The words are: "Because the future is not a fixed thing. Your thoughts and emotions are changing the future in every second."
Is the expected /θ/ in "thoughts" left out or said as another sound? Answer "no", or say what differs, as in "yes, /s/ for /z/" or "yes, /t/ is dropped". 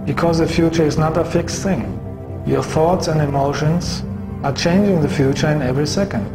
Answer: no